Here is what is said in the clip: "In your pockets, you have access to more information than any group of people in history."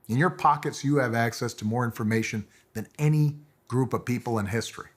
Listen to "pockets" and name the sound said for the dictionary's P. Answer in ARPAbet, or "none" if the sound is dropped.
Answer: P